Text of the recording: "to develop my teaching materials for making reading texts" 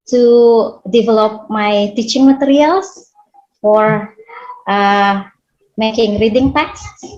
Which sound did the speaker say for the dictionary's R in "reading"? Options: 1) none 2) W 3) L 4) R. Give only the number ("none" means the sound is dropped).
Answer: 4